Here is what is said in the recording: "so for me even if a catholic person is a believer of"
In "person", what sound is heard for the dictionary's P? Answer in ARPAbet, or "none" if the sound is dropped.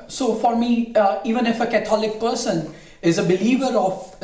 P